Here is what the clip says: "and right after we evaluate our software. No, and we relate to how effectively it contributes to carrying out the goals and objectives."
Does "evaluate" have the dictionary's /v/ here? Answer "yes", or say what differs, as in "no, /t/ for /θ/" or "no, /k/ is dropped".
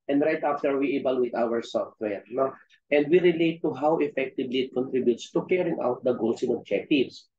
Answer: no, /b/ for /v/